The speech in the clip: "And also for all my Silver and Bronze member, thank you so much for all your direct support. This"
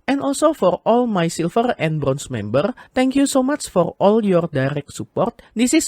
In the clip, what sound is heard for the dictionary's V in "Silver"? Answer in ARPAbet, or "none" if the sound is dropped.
F